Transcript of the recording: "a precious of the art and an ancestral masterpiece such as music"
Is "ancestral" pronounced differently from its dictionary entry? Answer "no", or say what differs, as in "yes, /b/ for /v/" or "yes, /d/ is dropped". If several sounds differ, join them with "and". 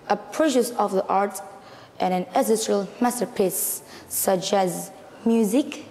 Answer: yes, /n/ is dropped